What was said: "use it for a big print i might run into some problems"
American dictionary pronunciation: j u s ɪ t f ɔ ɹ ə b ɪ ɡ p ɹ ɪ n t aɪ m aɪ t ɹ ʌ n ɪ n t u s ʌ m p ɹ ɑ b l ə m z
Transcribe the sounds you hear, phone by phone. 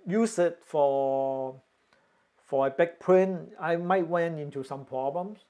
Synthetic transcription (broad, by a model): j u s ɪ t f ɔ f ə b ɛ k p ɹ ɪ n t aɪ m aɪ t w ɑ n ɪ n t u s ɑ m p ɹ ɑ b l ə m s